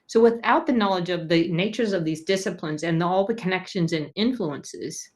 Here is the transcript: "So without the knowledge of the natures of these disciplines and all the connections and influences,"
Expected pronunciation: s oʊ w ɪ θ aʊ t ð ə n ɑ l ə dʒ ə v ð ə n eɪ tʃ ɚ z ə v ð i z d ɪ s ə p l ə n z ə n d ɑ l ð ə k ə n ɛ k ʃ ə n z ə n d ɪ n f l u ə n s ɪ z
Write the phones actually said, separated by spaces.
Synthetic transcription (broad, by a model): s oʊ w ɪ θ aʊ t ð ə n ɑ l ə dʒ ə v ð ə n eɪ tʃ ɚ z ə v ð i z d ɪ s ə p l ə n z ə n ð ɑ l ð ə k ə n ɛ k ʃ ə n z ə n ɪ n f l u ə n s ɪ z